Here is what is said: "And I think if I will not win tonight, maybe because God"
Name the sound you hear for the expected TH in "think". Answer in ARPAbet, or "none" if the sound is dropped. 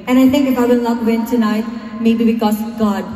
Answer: T